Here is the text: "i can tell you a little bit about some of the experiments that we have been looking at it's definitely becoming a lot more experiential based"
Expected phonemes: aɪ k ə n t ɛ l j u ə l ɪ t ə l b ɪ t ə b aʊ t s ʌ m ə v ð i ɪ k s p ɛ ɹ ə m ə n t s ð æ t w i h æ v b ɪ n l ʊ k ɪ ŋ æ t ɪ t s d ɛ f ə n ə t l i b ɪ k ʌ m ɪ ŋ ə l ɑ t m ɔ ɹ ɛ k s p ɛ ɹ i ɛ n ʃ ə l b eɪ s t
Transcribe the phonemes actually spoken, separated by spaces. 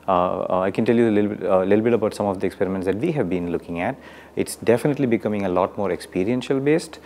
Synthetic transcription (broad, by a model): aɪ k ə n t ɛ l j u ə l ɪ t l b ɪ t ə b aʊ t s ʌ m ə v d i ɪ k s p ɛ ɹ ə m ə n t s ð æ t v i h æ v b ɪ n l ʊ k ɪ ŋ æ t ɪ t s d ɛ f ə n ə t l i b ɪ k ʌ m ɪ ŋ ə l ɑ t m ɔ ɹ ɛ k s p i ɹ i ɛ n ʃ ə l b eɪ s t